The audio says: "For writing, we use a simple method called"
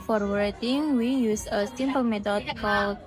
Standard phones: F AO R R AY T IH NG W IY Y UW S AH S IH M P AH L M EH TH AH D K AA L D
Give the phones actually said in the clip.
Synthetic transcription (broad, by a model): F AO R W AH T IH NG W IY Y UW S AH S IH M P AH L M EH T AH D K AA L